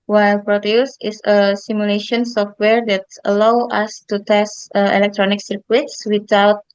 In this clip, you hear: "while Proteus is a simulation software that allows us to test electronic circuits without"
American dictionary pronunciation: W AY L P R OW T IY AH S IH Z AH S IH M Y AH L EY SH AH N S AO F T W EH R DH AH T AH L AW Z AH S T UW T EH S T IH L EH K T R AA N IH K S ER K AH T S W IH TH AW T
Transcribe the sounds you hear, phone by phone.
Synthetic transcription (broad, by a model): W AY L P R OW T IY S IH S AH S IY M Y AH L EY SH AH N S AO F T W EH R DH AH T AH L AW AA S T UW T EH S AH IH L EH K T R AA N IH K S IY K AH T S W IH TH AW T